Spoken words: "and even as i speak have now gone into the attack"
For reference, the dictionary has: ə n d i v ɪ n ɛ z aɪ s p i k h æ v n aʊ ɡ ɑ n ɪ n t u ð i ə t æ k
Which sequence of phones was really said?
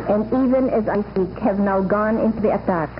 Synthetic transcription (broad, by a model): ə n d i v ɪ n ɛ z aɪ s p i k h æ v n aʊ ɡ ɑ n ɪ n t u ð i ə t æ k